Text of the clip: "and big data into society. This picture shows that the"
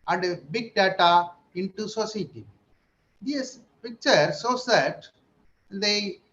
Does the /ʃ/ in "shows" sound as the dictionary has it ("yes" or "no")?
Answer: no